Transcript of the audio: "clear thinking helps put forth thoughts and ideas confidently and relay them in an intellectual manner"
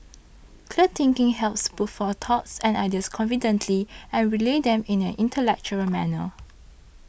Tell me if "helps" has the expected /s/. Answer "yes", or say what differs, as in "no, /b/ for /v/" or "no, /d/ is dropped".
yes